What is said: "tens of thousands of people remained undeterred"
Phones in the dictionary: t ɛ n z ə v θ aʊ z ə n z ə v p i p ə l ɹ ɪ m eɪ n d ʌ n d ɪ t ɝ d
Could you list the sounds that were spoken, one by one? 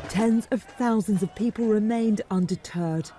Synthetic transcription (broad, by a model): t ɛ n z ə v θ aʊ z ə n z ə v p i p ə l ɹ ɪ m eɪ n d ʌ n d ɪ t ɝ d